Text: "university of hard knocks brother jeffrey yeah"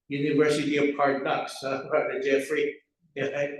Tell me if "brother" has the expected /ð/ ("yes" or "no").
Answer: no